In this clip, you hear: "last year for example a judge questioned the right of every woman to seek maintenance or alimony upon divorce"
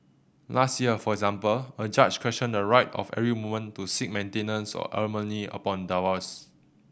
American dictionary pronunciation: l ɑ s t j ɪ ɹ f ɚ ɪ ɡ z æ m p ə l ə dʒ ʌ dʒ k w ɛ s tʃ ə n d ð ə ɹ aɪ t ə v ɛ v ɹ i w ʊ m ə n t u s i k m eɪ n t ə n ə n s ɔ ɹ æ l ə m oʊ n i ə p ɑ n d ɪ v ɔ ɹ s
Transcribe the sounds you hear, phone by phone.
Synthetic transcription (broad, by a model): l ɑ s t j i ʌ f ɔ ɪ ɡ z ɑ m p ə l ə dʒ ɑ tʃ k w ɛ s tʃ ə n d ə ɹ aɪ t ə f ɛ ɹ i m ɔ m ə n t u s i k m eɪ n t ə n ə n s ɔ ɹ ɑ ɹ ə m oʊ n i ə p ɑ n d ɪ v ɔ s